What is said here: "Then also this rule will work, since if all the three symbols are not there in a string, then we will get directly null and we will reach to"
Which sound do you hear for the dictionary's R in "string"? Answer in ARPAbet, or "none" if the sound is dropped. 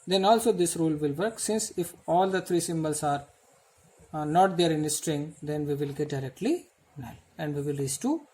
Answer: R